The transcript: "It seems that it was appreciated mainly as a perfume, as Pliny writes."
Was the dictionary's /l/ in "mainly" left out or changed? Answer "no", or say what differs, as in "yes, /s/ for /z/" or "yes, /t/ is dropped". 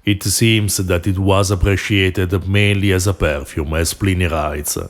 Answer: no